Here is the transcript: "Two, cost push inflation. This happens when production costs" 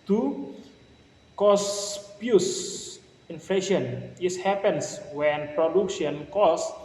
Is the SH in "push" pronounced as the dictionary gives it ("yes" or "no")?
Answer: no